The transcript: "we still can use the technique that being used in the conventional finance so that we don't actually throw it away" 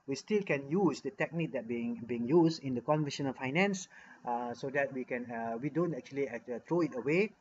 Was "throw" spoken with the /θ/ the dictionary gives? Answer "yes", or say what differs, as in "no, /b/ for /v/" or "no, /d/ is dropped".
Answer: no, /t/ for /θ/